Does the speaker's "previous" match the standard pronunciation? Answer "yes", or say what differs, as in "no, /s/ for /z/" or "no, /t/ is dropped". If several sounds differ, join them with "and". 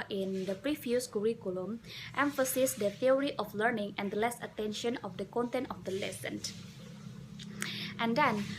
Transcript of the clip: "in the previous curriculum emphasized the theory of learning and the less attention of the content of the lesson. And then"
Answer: no, /f/ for /v/